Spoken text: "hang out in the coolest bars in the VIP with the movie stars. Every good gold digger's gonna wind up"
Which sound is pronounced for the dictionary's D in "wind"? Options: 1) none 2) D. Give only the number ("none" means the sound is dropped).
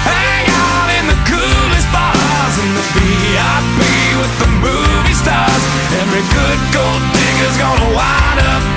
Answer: 1